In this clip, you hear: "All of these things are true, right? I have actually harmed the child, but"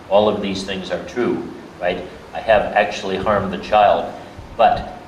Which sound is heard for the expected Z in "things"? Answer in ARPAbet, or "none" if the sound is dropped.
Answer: Z